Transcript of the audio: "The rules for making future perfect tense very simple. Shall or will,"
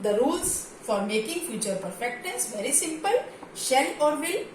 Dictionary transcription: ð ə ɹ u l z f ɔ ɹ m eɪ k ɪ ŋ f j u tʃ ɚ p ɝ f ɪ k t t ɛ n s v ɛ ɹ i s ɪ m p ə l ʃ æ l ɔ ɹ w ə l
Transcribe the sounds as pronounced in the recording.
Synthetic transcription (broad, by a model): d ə ɹ u l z f ɔ ɹ m eɪ k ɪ ŋ f j u tʃ ɚ p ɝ f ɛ k t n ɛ s v ɛ ɹ i s ɪ m p ə l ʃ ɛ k ɔ ɹ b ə